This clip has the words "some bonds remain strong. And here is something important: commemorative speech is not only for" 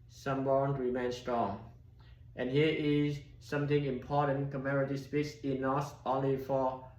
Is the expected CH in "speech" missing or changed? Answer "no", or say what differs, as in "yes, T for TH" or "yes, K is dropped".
yes, S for CH